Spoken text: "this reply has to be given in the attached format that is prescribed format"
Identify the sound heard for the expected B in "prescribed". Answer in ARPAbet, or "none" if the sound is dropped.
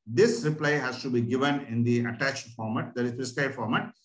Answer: none